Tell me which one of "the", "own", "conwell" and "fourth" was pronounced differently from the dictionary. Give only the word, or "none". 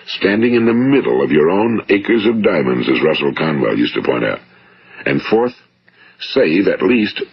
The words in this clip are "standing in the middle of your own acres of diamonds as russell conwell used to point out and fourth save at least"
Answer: none